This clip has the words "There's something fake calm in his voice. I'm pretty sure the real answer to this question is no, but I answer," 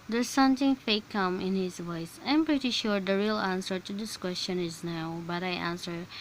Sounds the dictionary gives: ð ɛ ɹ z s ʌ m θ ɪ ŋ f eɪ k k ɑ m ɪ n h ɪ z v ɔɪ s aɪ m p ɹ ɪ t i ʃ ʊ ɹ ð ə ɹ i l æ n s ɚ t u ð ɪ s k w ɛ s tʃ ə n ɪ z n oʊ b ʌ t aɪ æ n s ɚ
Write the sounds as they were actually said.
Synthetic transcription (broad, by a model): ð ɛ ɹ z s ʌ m t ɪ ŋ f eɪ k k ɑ m ɪ n h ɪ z v ɔɪ s aɪ m p ɹ ɪ t i ʃ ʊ ɹ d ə ɹ i l æ n s ɚ t u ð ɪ s k w ɛ s tʃ ə n ɪ z n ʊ b ʌ t aɪ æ n s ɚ